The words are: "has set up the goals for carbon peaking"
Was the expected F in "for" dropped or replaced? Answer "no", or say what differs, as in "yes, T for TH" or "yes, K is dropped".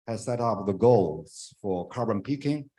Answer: no